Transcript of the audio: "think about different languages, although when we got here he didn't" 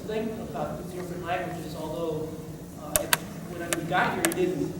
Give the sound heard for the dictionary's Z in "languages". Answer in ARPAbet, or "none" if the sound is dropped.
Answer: Z